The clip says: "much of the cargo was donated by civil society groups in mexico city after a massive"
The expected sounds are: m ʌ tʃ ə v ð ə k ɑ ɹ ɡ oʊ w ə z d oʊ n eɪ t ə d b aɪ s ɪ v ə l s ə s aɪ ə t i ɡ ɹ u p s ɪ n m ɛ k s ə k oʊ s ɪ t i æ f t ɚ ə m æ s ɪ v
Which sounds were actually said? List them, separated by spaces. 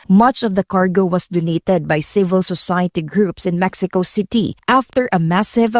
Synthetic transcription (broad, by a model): m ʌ tʃ ə v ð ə k ɑ ɹ ɡ oʊ w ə s d oʊ n eɪ t ə d b aɪ s ɪ v ə l s ə s aɪ ə t i ɡ ɹ u p s ɪ n m ɛ k s ə k oʊ s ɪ t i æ f t ɚ ə m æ s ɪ v